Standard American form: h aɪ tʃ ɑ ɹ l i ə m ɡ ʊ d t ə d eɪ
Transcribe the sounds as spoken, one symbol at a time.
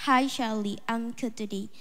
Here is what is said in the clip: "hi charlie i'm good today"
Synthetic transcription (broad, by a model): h aɪ ʃ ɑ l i ə m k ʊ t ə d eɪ